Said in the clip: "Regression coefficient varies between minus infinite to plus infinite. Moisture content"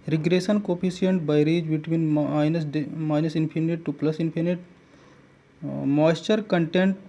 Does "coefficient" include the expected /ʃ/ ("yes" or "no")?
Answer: no